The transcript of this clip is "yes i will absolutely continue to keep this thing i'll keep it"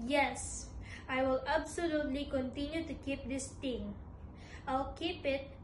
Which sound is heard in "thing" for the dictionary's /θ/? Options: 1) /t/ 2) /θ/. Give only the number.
1